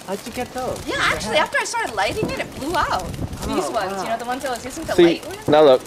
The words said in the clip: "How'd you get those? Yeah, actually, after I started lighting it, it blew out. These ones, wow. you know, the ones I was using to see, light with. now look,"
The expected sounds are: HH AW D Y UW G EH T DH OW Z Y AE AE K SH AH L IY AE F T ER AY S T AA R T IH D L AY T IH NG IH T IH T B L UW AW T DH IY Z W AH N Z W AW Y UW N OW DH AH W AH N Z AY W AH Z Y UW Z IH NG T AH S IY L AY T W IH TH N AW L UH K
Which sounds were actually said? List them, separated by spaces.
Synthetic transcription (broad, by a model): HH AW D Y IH G EH T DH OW Y AE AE K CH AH L IY AE F T ER AY S T AA R T IH D L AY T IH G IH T IH T B L UW AW T DH IY Z W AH N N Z Y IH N OW DH AH W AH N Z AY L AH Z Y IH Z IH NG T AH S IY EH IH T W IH N AW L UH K